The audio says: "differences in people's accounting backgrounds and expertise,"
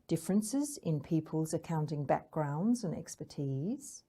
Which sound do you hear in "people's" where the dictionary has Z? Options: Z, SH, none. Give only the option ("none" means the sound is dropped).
Z